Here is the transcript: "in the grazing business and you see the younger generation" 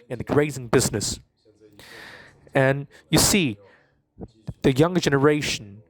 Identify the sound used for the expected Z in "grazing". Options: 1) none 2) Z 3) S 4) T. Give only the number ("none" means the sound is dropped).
2